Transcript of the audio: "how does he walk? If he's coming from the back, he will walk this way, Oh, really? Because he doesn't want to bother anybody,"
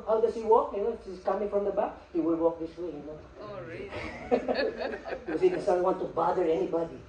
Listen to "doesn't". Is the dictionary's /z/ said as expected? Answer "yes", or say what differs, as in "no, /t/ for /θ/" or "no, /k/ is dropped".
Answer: no, /s/ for /z/